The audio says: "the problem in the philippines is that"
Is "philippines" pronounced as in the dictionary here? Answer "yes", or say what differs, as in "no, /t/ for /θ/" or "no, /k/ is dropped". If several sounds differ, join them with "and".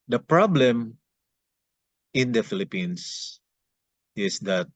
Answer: no, /s/ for /z/